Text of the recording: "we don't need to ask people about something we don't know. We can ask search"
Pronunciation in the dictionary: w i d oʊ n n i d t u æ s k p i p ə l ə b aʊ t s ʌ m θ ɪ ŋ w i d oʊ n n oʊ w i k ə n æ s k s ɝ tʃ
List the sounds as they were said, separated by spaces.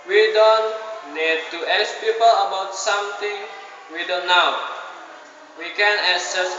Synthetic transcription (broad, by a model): w i d oʊ n n i d t u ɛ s p i p ə l ə b aʊ t s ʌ m t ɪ ŋ w i d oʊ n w w i k ə n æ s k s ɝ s